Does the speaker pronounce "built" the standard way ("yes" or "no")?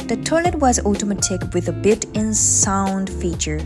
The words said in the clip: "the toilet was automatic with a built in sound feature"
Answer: no